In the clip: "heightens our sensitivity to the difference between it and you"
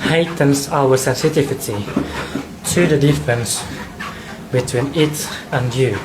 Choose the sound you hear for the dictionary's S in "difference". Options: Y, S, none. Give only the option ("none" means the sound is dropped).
S